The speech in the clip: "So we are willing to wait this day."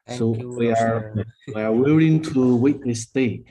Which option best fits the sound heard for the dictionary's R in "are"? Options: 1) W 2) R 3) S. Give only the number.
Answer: 1